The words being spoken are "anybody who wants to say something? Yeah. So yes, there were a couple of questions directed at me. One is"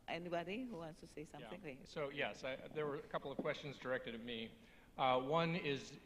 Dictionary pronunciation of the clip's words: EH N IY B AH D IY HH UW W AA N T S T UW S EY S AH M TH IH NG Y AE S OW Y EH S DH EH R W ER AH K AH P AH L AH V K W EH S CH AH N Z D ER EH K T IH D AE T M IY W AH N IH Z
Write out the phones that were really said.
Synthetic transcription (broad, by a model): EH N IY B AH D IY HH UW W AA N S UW S EY S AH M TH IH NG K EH S OW Y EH S DH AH R W ER AH K AH P L AH V K W EH S CH AH N Z D ER EH K T IH D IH T M IY W AH N IH Z